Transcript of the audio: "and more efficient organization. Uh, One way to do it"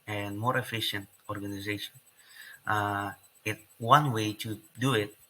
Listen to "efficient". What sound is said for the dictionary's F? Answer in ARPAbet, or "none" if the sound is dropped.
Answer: F